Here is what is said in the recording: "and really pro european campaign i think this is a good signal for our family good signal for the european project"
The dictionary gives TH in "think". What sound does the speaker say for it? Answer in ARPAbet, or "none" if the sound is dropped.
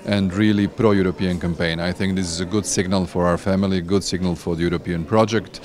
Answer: TH